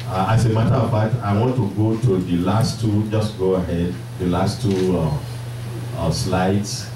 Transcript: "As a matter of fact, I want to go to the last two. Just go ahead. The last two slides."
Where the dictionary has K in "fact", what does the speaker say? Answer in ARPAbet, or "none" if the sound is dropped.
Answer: none